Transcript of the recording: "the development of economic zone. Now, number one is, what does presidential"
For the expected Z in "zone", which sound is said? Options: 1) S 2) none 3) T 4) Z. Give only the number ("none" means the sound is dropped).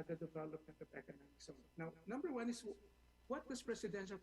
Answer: 1